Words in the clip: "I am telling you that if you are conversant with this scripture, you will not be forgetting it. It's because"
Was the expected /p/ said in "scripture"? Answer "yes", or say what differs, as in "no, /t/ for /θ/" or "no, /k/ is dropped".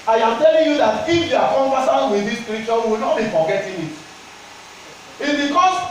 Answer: no, /p/ is dropped